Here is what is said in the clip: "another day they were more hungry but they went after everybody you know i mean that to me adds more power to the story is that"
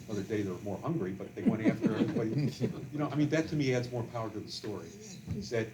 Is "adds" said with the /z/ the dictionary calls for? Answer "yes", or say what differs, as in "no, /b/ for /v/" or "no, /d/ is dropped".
yes